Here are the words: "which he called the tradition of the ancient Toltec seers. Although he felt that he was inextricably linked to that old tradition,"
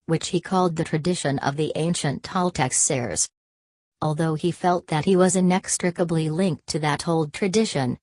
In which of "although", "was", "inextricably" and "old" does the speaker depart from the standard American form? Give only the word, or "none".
none